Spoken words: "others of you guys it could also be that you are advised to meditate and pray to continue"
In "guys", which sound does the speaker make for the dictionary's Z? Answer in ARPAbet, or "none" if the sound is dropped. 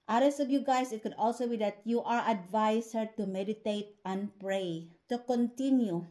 S